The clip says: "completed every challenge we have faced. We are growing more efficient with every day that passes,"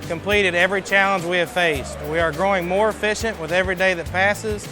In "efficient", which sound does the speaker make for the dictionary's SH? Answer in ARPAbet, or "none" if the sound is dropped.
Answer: SH